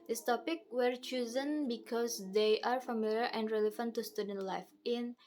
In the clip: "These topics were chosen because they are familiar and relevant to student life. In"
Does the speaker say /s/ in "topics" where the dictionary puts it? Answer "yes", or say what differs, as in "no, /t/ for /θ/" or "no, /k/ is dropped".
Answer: no, /s/ is dropped